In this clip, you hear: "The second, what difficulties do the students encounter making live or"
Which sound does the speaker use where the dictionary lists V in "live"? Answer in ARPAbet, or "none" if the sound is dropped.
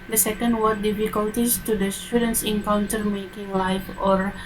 F